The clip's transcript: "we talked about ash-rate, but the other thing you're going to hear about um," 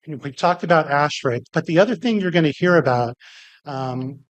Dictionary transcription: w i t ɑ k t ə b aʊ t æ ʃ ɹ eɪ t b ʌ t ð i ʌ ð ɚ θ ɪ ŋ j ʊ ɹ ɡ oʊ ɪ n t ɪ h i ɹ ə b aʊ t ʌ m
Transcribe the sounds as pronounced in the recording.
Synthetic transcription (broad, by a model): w i t ɑ k t ə b aʊ t æ ʃ ɹ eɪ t b ʌ t ð i ʌ ð ɚ θ ɪ ŋ j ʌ ɹ ɡ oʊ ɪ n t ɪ h i ɹ ə b aʊ t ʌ m